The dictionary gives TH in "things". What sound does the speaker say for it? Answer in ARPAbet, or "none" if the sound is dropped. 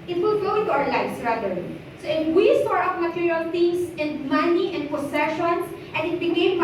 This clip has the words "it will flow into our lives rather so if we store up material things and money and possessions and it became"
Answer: T